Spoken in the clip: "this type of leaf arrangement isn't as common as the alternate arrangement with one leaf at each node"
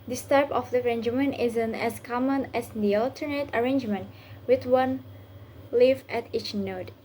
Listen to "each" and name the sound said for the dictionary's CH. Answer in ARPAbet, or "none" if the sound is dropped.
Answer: CH